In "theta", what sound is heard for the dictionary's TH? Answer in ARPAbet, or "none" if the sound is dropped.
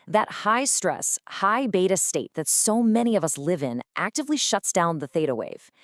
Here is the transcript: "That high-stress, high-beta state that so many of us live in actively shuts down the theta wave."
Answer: TH